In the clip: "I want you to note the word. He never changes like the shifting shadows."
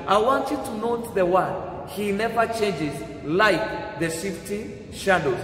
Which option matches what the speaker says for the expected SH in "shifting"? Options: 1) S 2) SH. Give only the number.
1